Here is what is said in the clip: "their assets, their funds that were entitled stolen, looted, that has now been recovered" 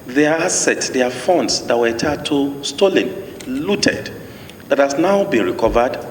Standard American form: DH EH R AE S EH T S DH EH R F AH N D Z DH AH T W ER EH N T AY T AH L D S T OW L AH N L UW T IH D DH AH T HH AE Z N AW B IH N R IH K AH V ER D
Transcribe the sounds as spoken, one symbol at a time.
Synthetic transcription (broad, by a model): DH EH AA S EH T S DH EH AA F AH N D S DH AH T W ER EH T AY T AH S T OW L AH N L UW T IH D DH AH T HH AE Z N AW B IH N R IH K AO V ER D